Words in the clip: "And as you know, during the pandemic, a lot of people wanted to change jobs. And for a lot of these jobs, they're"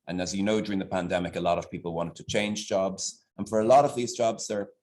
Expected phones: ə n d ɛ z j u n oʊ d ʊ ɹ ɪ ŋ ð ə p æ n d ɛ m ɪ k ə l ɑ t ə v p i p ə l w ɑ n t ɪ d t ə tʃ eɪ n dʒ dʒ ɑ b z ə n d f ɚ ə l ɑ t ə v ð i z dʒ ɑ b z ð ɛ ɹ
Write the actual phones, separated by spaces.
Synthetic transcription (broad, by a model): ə n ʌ z j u n oʊ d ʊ ɹ ɪ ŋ ð ə p æ n d ɛ m ɪ k ə l ɑ t ə v p i p ə l w ɑ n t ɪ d t ə tʃ eɪ n dʒ dʒ ɑ b z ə n f ɚ ə l ɑ t ə v ð i z dʒ ɑ b z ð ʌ ɹ